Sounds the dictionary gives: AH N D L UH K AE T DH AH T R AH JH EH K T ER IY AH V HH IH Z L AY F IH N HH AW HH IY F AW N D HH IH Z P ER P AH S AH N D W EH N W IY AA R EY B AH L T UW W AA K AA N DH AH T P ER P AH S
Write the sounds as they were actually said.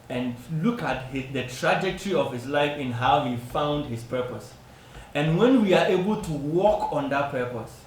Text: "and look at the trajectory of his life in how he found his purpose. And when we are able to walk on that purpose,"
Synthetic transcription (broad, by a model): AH N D L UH K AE T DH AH T R AH JH EH K T ER IY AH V HH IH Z L AY F IH N HH AW HH IY F AW N D HH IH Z P ER P AH S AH N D W EH N W IY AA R EY B AH L T UW W AA K AA N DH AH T P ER P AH S